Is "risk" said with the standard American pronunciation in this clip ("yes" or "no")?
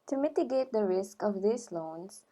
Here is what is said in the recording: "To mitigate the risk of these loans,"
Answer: yes